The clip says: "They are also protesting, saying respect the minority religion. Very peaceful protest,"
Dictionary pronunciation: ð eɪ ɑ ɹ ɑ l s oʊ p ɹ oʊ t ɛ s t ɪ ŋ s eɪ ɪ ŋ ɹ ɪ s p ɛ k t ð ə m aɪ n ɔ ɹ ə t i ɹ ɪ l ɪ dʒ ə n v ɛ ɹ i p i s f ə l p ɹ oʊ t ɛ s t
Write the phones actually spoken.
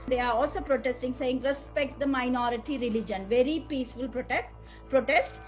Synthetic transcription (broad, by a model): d eɪ ɑ ɹ ɑ l s oʊ p ɹ oʊ t ɛ s t ɪ ŋ s eɪ ɪ ŋ ɹ ɪ s p ɛ k t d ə m aɪ n ɔ ɹ ə t i ɹ ɪ l ɪ dʒ ə n v ɛ ɹ i p i s f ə l p ɹ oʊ t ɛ s t